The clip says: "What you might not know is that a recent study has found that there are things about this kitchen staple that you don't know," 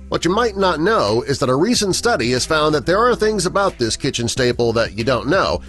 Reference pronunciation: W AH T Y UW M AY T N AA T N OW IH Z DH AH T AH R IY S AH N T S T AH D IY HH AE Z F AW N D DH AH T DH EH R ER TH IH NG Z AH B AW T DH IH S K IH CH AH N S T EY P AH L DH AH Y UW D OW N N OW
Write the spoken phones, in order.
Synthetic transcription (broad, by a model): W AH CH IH M AY T N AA T N OW IH Z DH AH T AH R IY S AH N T S T AH D IY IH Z F AW N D DH AH T DH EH R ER TH IH NG Z AH B AW T DH IH S K IH CH AH N S T EY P L DH AH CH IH D OW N N OW